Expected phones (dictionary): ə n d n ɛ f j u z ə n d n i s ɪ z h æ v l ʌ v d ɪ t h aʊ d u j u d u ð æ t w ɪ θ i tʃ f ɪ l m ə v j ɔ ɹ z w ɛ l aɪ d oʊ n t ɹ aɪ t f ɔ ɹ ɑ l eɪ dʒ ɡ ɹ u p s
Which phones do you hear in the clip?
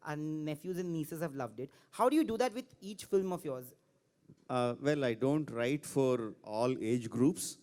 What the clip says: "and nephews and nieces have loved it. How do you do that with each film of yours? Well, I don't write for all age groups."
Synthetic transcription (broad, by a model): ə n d n ɛ f j u z ə n d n i s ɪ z h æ v l ʌ v d ɪ t h aʊ d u j u d u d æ t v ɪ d i tʃ f ɪ l m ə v j ɔ ɹ z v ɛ l aɪ d oʊ n t ɹ aɪ t f ɔ ɹ ɑ l eɪ dʒ ɡ ɹ u p s